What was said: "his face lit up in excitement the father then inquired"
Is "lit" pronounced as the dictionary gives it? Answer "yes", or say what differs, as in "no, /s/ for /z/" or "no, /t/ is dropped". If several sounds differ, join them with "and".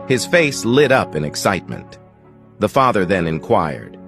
yes